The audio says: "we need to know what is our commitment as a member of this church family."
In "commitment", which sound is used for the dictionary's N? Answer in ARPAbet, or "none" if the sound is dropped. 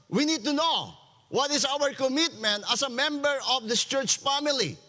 N